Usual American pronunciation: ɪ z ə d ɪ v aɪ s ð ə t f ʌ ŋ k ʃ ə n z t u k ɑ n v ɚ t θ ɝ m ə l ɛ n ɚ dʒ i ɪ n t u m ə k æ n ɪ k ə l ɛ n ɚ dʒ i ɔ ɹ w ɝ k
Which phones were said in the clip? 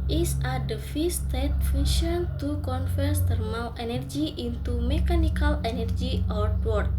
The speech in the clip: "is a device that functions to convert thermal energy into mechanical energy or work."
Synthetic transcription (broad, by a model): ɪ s ə d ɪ f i s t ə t f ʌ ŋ ʃ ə n t u k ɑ n f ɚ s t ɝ m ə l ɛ n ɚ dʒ i ɪ n t u m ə k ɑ n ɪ k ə l ɛ n ɚ dʒ i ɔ ɹ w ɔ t